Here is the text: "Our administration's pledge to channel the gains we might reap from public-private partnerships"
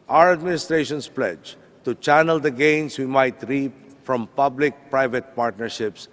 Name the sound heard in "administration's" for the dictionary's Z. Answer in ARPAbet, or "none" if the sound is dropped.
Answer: S